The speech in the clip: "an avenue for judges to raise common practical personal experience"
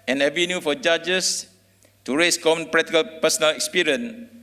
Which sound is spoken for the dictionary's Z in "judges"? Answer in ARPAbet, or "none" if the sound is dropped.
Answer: S